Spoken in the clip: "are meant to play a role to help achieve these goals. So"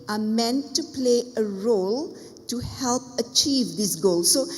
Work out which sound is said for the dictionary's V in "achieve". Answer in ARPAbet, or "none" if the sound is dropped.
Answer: V